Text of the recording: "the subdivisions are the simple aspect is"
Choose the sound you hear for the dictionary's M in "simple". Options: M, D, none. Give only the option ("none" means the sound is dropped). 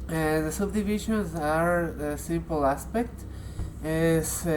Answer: M